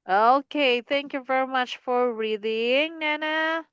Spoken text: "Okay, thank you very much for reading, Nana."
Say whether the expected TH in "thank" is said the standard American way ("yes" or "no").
yes